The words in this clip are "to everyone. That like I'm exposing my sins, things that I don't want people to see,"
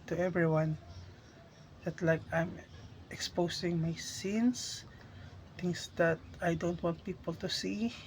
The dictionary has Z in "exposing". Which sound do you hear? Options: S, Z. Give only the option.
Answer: S